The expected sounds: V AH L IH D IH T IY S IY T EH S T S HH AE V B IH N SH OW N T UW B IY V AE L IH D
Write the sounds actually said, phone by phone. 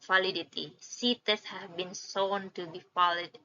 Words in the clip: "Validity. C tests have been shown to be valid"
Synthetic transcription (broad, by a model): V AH L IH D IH T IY S IY T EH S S HH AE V B IH N S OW N T UW B IY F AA L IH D